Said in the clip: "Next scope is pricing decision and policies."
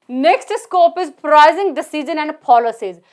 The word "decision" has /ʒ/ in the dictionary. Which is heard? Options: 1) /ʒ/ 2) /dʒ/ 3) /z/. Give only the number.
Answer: 3